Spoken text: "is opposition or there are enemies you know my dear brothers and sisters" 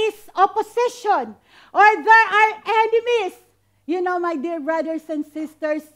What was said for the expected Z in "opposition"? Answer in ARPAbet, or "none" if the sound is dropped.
S